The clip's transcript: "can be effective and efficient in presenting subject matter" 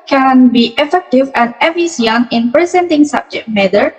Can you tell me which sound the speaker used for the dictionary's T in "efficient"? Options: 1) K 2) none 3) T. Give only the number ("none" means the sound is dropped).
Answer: 2